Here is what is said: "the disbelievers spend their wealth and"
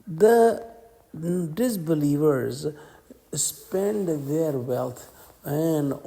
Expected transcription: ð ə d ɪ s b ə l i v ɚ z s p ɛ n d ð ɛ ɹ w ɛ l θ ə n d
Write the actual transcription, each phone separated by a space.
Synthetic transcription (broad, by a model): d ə d ɪ s b ə l i v ɚ z s p ɛ n d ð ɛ ɹ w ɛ l t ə n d